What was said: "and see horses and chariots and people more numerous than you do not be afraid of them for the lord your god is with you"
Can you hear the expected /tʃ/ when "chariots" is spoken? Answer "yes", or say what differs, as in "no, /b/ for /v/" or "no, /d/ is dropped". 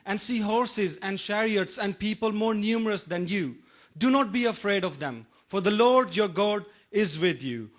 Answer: no, /ʃ/ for /tʃ/